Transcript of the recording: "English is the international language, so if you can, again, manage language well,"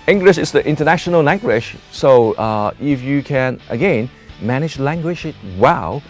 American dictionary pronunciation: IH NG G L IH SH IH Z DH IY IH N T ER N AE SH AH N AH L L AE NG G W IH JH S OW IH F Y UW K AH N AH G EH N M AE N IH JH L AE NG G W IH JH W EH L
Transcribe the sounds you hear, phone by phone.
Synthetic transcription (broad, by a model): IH NG G L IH SH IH S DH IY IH N T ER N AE SH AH N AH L L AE NG G W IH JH S OW IH F Y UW K AH N AH G EH N M AE N IH JH L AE NG G W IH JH W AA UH